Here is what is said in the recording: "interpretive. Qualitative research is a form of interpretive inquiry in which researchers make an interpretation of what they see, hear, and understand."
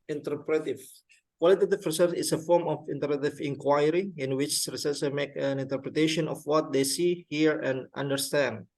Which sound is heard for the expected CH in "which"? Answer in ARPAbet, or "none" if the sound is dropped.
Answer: CH